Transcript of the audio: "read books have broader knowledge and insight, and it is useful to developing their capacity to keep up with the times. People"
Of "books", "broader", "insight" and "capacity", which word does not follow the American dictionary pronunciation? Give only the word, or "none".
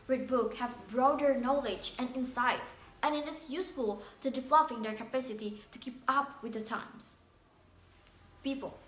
books